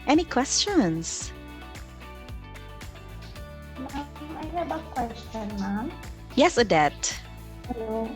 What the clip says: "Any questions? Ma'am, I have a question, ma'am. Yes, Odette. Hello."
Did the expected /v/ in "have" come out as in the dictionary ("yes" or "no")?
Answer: no